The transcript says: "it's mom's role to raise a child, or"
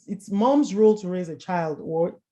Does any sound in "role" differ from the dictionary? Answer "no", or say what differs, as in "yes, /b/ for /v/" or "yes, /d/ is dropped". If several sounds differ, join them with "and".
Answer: no